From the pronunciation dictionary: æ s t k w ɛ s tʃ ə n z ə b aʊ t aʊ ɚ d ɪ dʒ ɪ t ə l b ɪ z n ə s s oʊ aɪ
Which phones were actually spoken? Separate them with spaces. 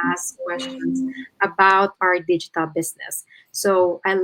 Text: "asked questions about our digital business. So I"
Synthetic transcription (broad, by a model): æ s k w ɛ s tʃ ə n s ə b aʊ t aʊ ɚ d ɪ dʒ ɪ t ə l b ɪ s n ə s s oʊ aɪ